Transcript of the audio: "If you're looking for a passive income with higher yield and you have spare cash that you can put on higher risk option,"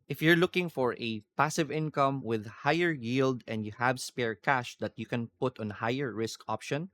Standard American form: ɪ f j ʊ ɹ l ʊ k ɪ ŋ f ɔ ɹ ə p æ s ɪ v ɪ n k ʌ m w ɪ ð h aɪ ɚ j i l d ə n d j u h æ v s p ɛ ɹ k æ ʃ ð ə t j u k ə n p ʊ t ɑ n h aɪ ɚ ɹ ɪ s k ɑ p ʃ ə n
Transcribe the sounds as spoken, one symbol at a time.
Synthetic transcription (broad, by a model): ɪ f j ʊ ɹ l ʊ k ɪ ŋ f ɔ ɹ ə p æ s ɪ v ɪ n k ʌ m w ɪ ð h aɪ ɚ j i l d ə n d j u h æ v s p ɛ ɹ k æ ʃ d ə t j u k ə n p ʊ t ɑ n h aɪ ɚ ɹ ɪ s k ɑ p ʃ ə n